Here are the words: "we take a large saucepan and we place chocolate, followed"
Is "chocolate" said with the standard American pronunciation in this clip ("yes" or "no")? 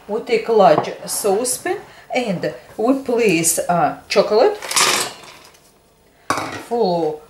yes